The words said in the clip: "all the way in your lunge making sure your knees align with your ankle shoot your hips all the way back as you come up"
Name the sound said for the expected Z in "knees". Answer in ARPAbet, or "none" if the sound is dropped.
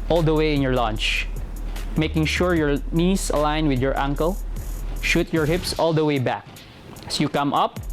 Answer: S